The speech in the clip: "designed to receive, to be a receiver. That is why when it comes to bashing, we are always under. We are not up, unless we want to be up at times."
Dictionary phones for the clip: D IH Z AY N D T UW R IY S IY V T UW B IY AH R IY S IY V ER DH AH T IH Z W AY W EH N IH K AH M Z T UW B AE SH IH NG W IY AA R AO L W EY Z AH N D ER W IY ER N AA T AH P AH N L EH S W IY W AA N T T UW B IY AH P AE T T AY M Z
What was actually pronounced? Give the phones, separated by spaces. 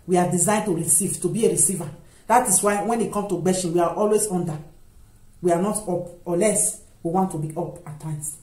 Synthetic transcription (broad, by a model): D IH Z AY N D T UW R IY S IY V T UW B IY AH R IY S IY V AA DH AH T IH S W AY W EH N IH K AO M T UW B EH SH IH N W IY AA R AO L W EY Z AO N D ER W IY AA N AA T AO P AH L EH S W IY W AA N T T UW B IY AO P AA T T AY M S